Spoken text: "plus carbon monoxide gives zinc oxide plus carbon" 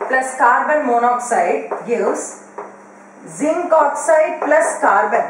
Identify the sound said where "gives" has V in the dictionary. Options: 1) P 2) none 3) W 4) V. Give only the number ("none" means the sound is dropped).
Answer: 2